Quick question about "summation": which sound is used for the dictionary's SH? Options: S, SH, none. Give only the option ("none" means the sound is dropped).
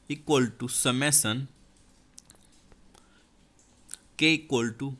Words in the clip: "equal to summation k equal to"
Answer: S